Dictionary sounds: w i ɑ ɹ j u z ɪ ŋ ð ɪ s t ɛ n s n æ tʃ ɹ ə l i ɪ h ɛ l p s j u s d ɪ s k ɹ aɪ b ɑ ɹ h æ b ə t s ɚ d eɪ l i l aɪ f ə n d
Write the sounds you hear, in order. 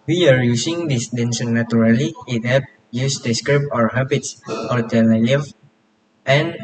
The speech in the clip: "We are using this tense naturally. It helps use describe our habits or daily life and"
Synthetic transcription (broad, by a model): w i ɑ ɹ j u s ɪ ŋ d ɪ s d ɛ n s n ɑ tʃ ɹ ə l i ɪ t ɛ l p j u s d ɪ s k ɹ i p ɑ ɹ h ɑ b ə t s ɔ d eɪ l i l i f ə n